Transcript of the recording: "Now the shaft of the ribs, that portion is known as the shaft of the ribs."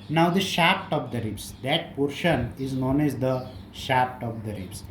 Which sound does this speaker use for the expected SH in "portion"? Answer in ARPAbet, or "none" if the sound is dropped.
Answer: SH